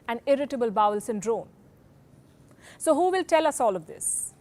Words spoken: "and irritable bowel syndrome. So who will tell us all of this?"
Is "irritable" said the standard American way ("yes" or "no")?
yes